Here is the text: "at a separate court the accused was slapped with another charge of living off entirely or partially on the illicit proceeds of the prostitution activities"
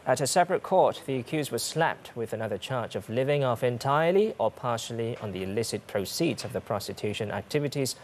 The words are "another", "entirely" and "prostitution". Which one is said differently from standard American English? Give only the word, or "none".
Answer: none